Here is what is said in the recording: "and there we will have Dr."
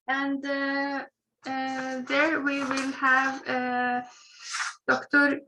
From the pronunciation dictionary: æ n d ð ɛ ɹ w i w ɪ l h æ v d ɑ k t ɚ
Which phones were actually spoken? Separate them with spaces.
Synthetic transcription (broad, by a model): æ n d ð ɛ ɹ w i w ɪ l h æ v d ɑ k t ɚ